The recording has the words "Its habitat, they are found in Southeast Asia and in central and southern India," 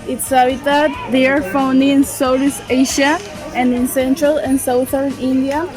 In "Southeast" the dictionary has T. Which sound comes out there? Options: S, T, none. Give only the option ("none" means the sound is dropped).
none